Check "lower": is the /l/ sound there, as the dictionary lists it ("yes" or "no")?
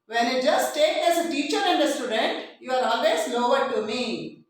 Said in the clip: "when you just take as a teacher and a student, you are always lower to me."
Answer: no